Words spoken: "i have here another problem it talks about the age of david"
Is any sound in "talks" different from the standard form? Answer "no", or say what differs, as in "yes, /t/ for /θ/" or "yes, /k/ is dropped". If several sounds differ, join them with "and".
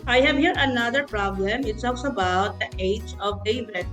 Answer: yes, /s/ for /t/